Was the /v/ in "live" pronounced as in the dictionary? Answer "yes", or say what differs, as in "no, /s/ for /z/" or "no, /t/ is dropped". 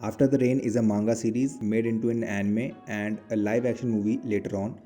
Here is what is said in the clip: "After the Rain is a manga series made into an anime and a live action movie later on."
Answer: yes